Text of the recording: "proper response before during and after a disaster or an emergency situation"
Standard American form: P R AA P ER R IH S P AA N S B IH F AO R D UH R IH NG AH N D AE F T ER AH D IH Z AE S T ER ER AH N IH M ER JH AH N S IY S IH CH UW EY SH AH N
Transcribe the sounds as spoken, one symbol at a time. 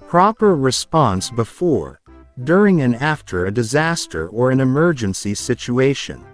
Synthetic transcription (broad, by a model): P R AA P ER R IH S P AA N S B IH F AO R D UH R IH NG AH N AE F T ER AH D IH Z AE S T ER ER AH N IH M ER JH AH N S IY S IH CH UW EY SH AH N